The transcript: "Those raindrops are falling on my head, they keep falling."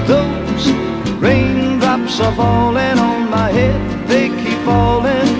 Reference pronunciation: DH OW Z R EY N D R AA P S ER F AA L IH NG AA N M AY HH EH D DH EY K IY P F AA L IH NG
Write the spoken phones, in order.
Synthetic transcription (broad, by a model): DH OW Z R EY N D R AA P S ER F AA L IH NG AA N M AY HH EH D DH EY K IY P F AA L IH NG